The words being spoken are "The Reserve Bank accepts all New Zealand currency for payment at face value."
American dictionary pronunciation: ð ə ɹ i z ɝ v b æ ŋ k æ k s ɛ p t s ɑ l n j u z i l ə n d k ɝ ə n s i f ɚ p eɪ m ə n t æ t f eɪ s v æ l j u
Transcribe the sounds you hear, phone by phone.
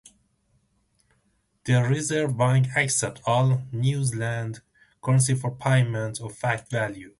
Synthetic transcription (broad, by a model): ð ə ɹ i z ɝ v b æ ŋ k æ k s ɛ t ɑ l n j u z l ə n d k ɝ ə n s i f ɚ p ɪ m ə n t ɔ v f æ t v æ l j u